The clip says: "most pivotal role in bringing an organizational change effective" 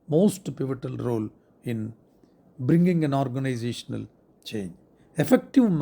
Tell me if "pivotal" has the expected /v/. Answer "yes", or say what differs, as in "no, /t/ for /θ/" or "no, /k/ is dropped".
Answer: yes